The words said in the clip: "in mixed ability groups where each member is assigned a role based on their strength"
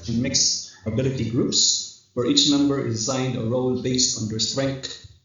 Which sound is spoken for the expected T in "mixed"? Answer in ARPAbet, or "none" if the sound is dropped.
none